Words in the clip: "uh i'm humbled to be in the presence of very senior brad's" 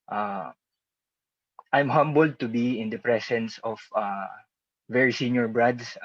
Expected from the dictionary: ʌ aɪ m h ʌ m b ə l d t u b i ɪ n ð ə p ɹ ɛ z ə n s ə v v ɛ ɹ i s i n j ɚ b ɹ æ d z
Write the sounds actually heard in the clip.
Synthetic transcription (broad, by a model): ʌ aɪ m h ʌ m b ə l d t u b i ɪ n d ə p ɹ ɛ s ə n s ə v v ɛ ɹ i s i n j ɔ b ɹ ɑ d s